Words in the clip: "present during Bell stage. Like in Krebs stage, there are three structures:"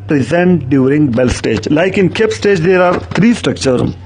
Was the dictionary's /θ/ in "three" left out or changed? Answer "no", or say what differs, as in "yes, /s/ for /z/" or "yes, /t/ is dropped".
yes, /t/ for /θ/